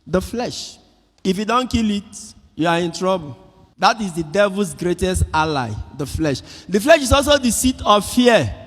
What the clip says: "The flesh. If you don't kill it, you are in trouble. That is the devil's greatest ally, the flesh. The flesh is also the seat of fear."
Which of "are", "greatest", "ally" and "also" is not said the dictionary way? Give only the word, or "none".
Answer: none